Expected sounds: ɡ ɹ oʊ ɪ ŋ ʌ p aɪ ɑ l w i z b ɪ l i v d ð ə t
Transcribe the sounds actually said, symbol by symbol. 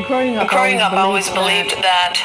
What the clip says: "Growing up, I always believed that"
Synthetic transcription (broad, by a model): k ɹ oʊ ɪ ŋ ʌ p ɑ l w i z b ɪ l i v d ð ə t